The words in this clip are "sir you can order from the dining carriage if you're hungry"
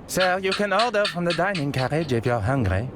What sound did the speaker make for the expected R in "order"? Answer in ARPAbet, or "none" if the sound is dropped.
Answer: L